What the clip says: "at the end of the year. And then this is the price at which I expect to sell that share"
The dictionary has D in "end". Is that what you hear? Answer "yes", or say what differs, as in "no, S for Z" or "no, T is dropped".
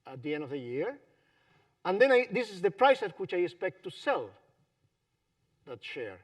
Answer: yes